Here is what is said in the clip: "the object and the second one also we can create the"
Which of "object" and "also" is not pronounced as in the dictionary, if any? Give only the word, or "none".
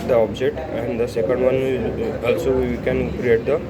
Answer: object